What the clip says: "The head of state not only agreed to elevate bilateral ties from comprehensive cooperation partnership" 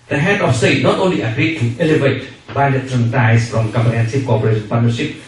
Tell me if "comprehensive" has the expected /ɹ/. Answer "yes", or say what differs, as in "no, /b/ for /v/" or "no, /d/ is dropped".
no, /ɹ/ is dropped